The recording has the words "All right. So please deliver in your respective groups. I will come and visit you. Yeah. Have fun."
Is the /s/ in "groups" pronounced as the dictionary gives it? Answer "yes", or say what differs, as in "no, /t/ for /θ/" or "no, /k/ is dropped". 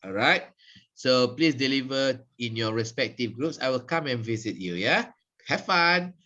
yes